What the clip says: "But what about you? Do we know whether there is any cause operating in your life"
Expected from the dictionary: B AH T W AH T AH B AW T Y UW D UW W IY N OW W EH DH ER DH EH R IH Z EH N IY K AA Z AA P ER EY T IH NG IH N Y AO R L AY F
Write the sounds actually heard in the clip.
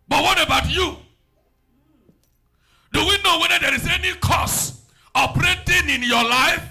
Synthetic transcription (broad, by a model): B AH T W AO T AH B AW T Y UW D UW W IY N OW W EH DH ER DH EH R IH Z EH N IY K AA S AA P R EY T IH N IH N Y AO L AY F